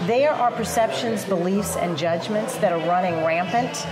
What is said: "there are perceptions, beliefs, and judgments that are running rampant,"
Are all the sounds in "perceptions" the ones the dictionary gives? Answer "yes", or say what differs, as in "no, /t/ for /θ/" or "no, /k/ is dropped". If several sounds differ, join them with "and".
yes